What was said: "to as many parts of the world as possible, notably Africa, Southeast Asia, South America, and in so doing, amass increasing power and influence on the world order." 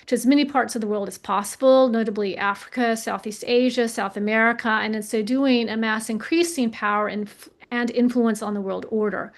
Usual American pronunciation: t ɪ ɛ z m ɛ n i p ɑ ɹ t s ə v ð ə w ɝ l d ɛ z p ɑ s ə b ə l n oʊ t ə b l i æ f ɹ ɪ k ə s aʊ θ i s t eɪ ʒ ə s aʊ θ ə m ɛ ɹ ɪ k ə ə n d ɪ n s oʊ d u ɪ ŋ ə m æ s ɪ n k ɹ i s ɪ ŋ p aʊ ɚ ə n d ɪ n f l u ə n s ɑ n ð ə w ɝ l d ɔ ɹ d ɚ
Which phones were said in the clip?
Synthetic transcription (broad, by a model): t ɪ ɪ z m ɛ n i p ɑ ɹ t s ə v ð ə w ɝ l d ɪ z p ɑ s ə b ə l n oʊ t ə b l i æ f ɹ ɪ k ə s aʊ θ i s t eɪ ʒ ə s aʊ θ ə m ɛ ɹ ɪ k ə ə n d ɪ n s oʊ d u ɪ ŋ ə m æ s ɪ n k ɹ i s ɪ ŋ p aʊ ɚ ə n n ɪ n f l u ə n s n ð ə w ɝ l d ɔ ɹ d ɚ